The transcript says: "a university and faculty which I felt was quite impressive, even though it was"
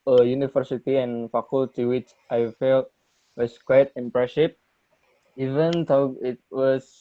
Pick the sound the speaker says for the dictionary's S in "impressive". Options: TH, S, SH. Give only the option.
SH